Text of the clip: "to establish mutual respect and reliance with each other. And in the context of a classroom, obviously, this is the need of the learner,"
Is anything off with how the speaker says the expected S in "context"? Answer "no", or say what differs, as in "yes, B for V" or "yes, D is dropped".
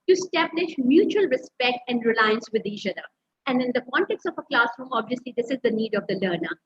no